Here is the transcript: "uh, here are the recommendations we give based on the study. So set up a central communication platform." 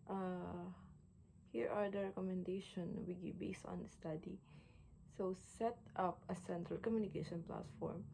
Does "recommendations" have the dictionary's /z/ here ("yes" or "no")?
no